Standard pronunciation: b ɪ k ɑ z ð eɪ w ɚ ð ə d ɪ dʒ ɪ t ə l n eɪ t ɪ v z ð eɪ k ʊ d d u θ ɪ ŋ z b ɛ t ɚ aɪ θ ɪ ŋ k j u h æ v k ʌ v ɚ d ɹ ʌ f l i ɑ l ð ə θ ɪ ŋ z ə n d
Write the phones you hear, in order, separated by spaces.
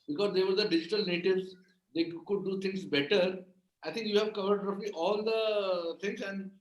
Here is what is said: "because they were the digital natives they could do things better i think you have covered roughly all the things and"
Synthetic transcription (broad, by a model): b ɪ k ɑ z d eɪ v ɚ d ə d ɪ dʒ ɪ t ə l n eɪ t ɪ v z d eɪ k ʊ d d u t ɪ ŋ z b ɛ t ɚ aɪ t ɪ ŋ k j u h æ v k ʌ v ɚ d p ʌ p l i ɑ l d ə t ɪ ŋ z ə n d